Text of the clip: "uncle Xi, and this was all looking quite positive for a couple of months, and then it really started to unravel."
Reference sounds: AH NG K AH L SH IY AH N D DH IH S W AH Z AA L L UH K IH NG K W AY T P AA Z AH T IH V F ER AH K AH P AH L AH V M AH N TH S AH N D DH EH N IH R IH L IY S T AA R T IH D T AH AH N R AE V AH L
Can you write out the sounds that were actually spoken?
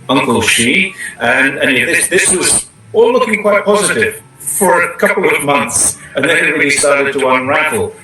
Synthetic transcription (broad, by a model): AH NG K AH L SH IY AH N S DH IH S W AH Z AA L L UH K IH NG K W AY T P AA Z AH T IH V F ER AH K AH P L AH V M AH N TH S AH N DH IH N IH R IH L IY S T AA R T IH D T AH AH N R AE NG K L